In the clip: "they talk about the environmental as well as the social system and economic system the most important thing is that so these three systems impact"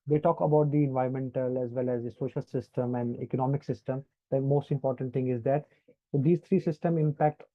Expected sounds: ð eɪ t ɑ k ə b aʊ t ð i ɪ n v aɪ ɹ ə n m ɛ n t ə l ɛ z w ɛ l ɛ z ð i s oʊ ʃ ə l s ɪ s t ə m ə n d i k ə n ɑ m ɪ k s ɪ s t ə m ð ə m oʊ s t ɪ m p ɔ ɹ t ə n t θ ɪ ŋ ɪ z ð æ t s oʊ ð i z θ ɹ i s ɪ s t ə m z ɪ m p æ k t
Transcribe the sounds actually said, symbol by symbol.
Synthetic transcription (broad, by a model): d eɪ t ɑ k ə b aʊ t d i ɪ n v aɪ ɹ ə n m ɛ n t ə l ɛ z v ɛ l ɛ z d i s oʊ ʃ ə l s ɪ s t ə m ə n d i k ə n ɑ m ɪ k s ɪ s t ə m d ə m oʊ s t ɪ m p ɔ ɹ t ə n t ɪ ŋ ɪ z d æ t s oʊ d i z t ɹ i s ɪ s t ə m ɪ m p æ k t